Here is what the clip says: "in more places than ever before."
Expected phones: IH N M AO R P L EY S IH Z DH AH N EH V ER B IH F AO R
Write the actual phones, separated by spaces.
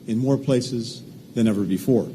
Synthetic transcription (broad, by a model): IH N M AO R P L EY S IH Z DH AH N EH V ER B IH F AO R